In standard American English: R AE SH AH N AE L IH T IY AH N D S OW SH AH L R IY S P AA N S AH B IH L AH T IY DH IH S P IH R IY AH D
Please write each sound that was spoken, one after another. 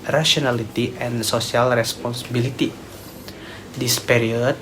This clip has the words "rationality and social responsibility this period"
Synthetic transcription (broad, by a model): R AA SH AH N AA L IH T IY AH N S OW S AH L R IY S P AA N S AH B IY L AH T IY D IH S P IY R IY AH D